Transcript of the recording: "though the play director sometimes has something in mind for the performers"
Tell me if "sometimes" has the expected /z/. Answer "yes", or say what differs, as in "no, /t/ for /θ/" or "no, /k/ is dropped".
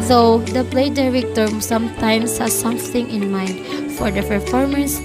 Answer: no, /s/ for /z/